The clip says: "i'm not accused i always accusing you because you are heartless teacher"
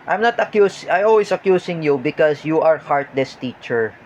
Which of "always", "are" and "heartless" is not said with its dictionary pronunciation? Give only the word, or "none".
always